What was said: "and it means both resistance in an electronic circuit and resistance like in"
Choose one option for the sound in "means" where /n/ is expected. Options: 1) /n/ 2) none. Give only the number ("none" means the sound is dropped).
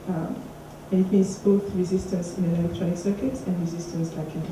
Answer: 2